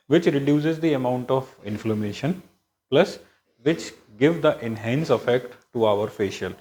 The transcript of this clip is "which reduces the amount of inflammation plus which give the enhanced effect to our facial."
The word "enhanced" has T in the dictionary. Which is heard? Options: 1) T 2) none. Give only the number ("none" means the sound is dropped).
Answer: 2